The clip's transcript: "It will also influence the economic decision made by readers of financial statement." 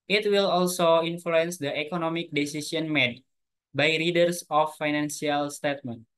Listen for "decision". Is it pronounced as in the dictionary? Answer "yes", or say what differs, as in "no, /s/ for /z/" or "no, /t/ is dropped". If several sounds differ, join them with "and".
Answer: no, /s/ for /ʒ/